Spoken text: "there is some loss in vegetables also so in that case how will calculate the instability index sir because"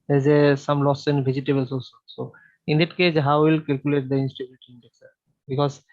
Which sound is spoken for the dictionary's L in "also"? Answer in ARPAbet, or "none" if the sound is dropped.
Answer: none